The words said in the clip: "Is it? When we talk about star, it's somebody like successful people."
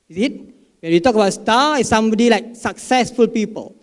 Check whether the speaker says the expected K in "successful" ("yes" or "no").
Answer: yes